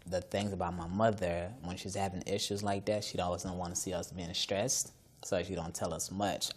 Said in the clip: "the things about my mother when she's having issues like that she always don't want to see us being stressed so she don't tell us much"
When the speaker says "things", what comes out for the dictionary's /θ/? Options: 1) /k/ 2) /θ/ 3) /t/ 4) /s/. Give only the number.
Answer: 2